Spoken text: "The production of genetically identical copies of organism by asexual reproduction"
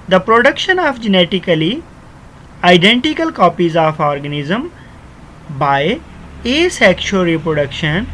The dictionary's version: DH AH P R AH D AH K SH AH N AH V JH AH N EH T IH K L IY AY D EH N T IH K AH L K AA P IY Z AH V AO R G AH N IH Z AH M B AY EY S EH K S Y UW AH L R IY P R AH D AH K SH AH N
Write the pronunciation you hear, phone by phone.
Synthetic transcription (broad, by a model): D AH P R AH D AH K SH AH N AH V JH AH N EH T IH K L IY AY D EH N T IH K AH L K AA P IY Z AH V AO R G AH N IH Z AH M B AY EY S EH K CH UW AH R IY P R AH D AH K SH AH N